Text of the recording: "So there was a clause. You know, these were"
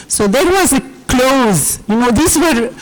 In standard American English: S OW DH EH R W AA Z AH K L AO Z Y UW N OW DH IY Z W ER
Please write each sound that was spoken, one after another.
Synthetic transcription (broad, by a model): S OW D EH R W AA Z AH K L AO Z Y UW N OW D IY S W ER